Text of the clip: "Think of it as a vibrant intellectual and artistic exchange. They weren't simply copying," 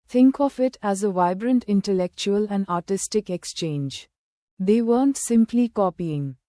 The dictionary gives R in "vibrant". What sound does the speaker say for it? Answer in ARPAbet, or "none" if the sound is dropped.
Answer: R